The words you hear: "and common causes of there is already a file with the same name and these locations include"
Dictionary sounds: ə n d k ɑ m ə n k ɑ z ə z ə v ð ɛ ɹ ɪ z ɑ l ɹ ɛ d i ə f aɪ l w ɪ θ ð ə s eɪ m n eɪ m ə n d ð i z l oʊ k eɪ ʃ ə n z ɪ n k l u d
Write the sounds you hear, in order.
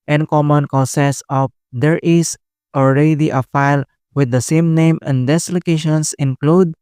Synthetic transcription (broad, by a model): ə n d k ɑ m ə n k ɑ s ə s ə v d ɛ ɹ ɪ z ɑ l ɹ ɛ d i ə f aɪ l w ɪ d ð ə s eɪ m n eɪ m ə n d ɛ s l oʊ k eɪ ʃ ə n s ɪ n k l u d